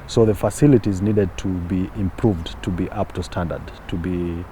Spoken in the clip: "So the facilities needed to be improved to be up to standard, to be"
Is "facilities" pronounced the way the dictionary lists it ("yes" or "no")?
yes